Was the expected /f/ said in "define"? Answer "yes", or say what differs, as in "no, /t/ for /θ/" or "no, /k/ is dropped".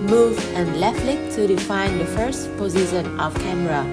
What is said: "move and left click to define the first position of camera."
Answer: yes